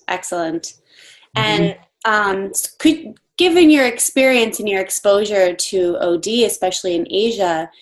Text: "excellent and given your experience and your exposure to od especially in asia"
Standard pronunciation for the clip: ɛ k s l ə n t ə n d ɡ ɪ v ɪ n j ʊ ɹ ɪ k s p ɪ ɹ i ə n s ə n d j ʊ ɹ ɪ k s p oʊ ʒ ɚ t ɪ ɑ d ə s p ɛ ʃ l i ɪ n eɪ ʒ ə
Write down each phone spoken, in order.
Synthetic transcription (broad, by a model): ɛ k s l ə n t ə n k ɡ ɪ v ɪ n j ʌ ɹ ɪ k s p ɪ ɹ i ə n s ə n j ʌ ɹ ɪ k s p oʊ ʒ ɚ t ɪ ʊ d ə s p ɛ ʃ l i ɪ n eɪ ʒ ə